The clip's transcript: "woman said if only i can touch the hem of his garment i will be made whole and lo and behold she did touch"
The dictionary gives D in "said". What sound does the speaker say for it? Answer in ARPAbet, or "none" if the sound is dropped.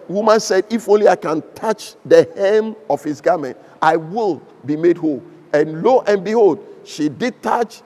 D